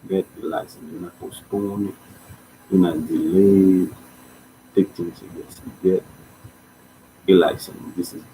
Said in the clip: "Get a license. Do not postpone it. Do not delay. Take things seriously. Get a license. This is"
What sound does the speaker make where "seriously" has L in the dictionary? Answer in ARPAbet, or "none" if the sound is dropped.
none